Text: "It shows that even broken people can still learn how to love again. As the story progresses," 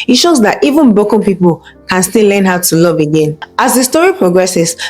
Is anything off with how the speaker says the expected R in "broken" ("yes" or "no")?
yes